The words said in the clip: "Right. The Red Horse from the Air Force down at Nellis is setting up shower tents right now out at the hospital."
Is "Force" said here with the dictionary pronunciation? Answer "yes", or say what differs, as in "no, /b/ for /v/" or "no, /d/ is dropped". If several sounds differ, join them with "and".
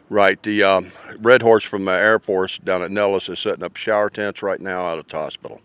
no, /p/ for /f/